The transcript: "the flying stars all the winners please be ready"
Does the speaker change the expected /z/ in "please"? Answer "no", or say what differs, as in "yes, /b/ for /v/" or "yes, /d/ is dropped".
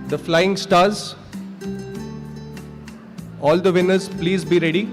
no